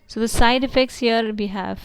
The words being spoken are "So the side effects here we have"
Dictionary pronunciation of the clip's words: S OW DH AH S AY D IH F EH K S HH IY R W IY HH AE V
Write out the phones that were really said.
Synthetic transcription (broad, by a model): S OW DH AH S AY D IH F EH K S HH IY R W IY HH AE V